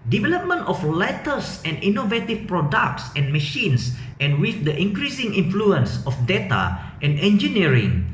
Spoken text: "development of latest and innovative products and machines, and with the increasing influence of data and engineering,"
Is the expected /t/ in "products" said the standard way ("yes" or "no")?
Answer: yes